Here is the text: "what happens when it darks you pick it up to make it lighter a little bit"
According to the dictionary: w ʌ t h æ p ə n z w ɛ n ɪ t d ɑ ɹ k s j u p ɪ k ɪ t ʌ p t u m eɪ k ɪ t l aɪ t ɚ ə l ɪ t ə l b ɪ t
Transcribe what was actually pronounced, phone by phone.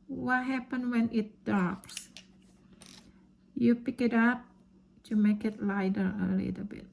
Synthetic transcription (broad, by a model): w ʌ t h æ p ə n w ɛ n ɪ t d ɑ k s j u p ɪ k ɪ t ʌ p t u m eɪ k ɪ t l aɪ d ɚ ə l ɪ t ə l b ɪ t